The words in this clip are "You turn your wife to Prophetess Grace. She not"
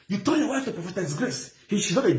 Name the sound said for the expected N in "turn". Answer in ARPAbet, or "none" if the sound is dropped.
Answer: L